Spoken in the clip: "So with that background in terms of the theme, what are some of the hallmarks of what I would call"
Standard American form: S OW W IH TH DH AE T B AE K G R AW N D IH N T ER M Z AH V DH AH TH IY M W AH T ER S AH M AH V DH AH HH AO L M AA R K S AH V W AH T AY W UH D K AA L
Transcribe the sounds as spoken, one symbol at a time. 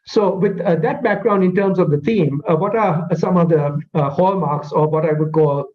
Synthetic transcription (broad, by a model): S OW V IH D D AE T B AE K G R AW N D IH N T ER M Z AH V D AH T IY M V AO T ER S AH M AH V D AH HH AO L M AA R K S AH V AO T AY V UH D K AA L